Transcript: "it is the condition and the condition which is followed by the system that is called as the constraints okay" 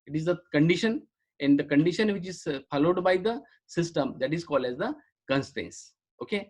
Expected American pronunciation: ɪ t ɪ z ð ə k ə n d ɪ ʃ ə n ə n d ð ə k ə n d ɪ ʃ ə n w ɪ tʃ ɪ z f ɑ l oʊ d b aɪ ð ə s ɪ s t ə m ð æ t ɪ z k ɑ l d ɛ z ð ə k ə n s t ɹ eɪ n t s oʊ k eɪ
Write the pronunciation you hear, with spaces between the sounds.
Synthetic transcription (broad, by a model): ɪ t ɪ z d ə k ə n d ɪ ʃ ə n ə n d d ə k ə n d ɪ ʃ ə n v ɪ tʃ ɪ z f ɑ l oʊ d b aɪ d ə s ɪ s t ə m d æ t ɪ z k ɑ l d ɛ z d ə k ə n s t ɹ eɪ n s oʊ k eɪ